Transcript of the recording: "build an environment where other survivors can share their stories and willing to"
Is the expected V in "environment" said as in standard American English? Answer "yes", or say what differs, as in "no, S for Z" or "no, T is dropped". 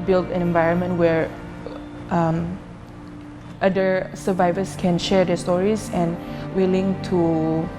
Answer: yes